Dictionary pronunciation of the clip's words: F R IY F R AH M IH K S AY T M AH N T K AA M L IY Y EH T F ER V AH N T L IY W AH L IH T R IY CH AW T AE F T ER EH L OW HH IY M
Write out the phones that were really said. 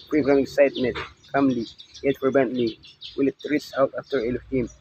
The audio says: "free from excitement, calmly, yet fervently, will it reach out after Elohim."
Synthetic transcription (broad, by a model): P R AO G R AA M IH K S AY T M AH N T K AA M L IY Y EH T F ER B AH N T L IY W AH L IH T R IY S AW T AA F T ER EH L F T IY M